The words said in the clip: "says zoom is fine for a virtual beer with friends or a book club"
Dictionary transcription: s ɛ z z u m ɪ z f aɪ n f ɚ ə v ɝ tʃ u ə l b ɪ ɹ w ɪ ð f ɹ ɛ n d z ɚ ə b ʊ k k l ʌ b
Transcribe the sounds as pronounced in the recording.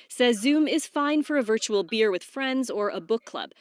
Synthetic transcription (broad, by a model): s ɛ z z u m ɪ z f aɪ n f ɚ ə v ɝ tʃ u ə l b ɪ ɹ w ɪ ð f ɹ ɛ n d z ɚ ə b ʊ k k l ʌ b